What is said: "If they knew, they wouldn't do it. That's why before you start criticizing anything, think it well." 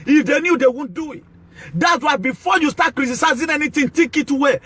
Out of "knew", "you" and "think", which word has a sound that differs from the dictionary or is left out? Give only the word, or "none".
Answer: think